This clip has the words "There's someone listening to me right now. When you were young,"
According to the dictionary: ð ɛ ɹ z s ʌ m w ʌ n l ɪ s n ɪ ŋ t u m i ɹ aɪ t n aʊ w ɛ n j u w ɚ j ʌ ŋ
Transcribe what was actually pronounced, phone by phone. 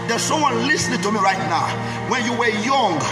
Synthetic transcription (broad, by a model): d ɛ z s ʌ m w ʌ n l ɪ s n ɪ ŋ t u m i ɹ aɪ t n aʊ w ɛ n j u w ɚ j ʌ ŋ